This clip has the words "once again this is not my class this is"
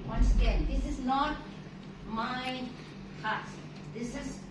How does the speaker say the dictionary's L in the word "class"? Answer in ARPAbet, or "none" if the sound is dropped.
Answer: none